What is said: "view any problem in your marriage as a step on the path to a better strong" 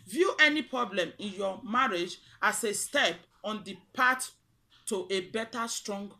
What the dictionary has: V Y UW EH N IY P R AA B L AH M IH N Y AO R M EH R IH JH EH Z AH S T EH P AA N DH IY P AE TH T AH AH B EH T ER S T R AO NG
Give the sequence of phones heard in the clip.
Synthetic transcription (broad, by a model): V Y UW EH N IY P R AA B L AH M IH N Y AO M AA R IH JH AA S AH S T EH P AA N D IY P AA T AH AH B EH T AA S T R AO NG